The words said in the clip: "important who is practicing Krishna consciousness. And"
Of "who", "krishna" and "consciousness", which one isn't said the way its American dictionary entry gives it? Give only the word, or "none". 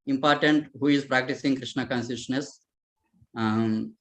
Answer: consciousness